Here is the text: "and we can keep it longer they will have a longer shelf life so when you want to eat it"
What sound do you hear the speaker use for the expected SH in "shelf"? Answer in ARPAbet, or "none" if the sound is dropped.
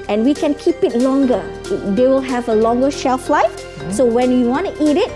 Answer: SH